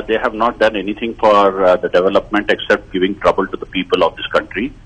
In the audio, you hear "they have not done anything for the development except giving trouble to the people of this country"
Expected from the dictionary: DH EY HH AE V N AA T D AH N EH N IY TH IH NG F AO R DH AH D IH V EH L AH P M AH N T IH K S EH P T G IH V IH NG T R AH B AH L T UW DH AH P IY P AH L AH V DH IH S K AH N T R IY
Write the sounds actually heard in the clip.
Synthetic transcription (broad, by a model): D EY HH AE V N AA T D AH N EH N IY T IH NG F AO R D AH D IH V EH L AH P M AH N T IH K S EH P T G IH V IH NG T R AH B AH L T UW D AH P IY P AH L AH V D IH S K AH N T R IY